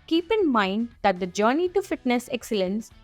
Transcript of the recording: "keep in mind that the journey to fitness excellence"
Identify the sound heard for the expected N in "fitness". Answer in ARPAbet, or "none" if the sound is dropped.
N